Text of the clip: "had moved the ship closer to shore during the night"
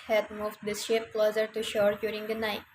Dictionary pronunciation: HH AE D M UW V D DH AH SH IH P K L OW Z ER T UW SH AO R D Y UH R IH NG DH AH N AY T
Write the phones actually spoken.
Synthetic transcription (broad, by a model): HH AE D M UW V D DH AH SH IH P K L OW Z ER T UW SH AO R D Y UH R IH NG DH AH N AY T